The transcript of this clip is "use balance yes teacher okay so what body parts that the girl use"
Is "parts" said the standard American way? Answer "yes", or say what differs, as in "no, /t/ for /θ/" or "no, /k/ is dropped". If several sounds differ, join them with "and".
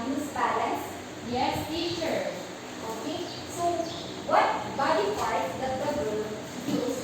no, /f/ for /p/